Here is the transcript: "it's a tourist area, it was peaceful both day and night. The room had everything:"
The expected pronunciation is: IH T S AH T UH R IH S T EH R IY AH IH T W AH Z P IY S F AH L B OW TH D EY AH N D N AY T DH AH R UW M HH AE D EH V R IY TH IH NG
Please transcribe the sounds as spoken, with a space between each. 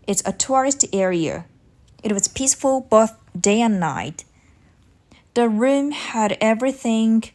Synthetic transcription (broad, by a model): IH T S AH T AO R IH S T EH R IY AH IH T W AH Z P IY S F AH L B OW TH D EY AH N N AY T DH AH R UW M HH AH D EH V R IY TH IH NG